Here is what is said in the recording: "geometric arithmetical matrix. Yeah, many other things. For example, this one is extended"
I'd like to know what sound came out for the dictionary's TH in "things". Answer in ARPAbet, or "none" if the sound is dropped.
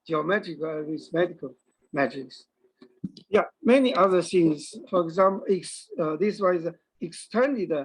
S